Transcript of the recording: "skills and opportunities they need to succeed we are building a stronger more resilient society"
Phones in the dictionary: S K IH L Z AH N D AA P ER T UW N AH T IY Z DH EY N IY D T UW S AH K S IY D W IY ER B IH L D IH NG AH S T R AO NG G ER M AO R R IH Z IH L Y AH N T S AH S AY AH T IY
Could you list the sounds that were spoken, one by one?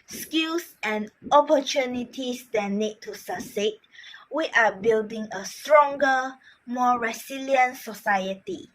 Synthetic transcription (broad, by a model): S K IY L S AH N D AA P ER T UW N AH T IY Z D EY N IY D T UW S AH S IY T W IY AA B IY L D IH NG AH S T R AO NG G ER M AO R R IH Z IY L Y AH N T S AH S AY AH T IY